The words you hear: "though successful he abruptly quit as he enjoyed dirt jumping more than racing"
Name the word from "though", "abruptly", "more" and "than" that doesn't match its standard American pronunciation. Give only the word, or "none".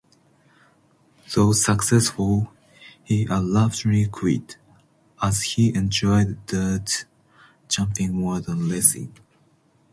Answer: abruptly